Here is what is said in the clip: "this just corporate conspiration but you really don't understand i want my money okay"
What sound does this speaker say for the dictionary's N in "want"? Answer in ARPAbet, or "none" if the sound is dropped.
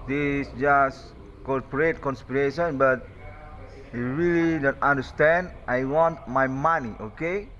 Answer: N